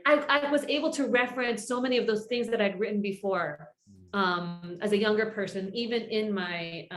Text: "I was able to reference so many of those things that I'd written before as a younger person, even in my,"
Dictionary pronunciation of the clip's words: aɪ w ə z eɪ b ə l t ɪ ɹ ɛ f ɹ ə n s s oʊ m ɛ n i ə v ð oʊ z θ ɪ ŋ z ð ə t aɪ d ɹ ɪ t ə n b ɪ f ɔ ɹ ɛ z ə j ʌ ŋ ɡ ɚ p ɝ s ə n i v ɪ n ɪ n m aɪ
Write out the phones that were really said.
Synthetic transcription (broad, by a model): aɪ w ə z eɪ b l t ɪ ɹ ɛ f ɹ ə n s s oʊ m ɛ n i ə v ð oʊ z θ ɪ ŋ z ð ə t aɪ d ɹ ɪ t n b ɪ f ɔ ɹ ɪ z ə j ʌ ŋ ɡ ɚ p ɝ s ə n i v ɪ n ɪ n m aɪ